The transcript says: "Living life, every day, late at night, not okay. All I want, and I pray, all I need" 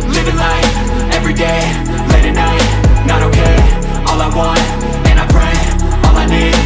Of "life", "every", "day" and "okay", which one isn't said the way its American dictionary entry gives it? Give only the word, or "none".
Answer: life